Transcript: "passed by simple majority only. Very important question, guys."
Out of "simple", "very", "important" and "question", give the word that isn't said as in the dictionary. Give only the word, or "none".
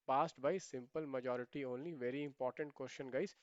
question